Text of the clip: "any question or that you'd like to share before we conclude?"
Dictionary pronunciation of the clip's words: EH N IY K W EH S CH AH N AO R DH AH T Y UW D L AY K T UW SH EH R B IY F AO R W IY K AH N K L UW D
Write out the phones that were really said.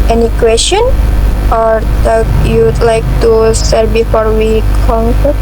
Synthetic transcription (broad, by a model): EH N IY K W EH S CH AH N AO R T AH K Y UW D L AY K T UW S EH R B IY F AO R W IY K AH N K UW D